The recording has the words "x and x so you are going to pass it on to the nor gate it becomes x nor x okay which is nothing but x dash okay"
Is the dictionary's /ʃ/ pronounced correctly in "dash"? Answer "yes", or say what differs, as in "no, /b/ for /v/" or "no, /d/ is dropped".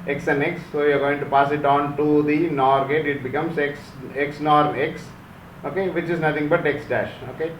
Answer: yes